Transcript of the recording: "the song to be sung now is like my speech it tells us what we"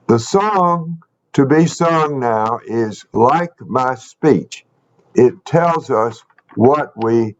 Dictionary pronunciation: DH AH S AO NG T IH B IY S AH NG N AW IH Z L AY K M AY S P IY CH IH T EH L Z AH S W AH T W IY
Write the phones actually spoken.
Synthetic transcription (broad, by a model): DH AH S AO NG T IH B IY S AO NG N AW IH Z L AY K M AY S P IY CH IH T EH L Z AH S W AH T W IY